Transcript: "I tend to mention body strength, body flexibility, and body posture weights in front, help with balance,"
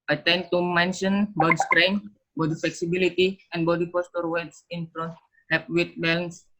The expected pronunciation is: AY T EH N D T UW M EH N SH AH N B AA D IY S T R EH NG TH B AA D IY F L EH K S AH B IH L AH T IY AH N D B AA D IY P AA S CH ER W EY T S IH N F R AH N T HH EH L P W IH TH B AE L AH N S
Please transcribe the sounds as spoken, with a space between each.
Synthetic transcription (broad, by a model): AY T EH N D T UW M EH N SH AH N B AA D IY S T R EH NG B AA D IY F L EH K S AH B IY L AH T IY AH N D B AA D IY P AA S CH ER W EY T S IH N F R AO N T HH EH P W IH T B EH L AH N S